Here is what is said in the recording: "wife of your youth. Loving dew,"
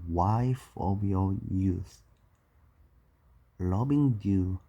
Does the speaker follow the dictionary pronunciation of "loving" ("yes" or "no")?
no